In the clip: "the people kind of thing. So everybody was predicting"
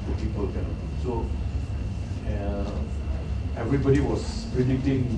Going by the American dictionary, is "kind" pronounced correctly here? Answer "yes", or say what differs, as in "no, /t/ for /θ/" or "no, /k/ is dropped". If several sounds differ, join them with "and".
no, /d/ is dropped